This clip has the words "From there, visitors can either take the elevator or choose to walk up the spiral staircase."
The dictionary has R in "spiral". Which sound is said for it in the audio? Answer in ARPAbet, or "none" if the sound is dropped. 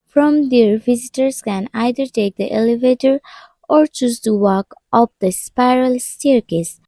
R